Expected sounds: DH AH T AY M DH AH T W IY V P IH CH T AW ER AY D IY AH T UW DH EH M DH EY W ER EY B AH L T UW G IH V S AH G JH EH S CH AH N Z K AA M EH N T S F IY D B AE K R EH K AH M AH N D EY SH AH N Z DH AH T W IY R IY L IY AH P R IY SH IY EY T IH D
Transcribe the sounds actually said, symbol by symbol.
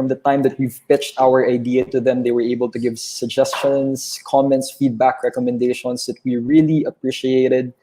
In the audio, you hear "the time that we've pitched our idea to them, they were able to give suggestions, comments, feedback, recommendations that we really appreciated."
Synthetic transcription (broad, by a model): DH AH T AY M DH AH T W IY V P IH CH T AW ER AY D IY AH T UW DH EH M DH EY W ER EY B AH L T UW G IH V S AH G JH EH S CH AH N S K AA M EH N T S F IY D B AE K R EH K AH M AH N D EY SH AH N S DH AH T W IY R IY L IY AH P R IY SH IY EY T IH D